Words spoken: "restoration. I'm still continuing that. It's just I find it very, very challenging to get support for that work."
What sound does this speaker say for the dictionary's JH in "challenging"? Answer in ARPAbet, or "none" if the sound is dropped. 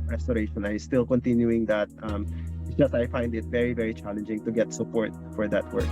JH